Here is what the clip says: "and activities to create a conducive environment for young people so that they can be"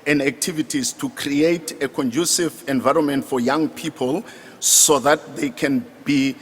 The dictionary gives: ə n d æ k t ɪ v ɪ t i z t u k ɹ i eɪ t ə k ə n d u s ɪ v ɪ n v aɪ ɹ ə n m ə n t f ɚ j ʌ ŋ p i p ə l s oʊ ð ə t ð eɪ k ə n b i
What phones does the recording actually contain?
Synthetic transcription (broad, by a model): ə n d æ k t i v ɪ t i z t u k ɹ i eɪ t ə k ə n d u s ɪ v ɪ n v aɪ ɹ ə n m ə n t f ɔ j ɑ ŋ p i p ə l s oʊ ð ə t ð eɪ k ə n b i